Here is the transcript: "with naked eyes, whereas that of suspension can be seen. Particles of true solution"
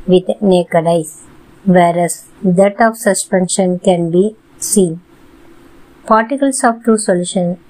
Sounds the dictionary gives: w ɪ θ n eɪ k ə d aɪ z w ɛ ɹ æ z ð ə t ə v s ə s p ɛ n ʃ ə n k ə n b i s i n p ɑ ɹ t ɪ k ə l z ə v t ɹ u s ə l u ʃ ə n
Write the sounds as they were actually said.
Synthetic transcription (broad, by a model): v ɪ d n eɪ k ə d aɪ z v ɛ ɹ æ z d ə t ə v s ə s p ɛ n ʃ ə n k ə n b i s i n p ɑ ɹ t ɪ k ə l s ə v t u s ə l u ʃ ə n